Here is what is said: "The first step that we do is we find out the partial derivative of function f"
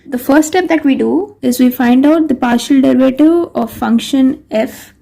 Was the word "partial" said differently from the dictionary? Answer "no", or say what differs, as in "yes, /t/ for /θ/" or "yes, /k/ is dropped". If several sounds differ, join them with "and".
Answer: no